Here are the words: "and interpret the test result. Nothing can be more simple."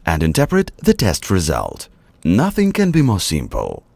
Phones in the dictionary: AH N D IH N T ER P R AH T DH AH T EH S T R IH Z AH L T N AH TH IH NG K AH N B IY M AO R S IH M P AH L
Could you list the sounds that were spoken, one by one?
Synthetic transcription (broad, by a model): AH N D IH N T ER P R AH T DH AH T EH S T R IH Z AH L T N AH TH IH NG K AH N B IY M AO R S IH M P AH L